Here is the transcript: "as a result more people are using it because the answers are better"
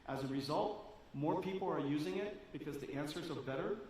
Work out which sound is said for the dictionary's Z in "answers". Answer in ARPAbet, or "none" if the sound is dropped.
Z